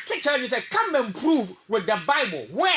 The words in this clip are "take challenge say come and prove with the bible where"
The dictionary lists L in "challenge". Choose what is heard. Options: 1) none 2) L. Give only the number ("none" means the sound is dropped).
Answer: 1